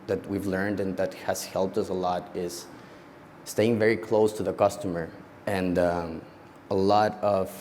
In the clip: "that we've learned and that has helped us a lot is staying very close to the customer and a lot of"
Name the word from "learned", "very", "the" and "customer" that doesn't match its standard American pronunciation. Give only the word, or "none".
none